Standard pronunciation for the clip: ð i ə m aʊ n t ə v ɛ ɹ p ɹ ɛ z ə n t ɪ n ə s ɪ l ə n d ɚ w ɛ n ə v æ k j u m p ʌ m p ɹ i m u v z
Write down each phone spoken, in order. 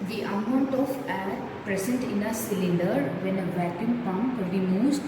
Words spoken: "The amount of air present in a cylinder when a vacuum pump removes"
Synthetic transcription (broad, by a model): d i ə m aʊ n t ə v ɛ l p ɹ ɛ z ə n t ɪ n ə s ɪ l ə n d ɚ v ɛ n ə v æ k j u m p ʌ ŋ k ɹ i m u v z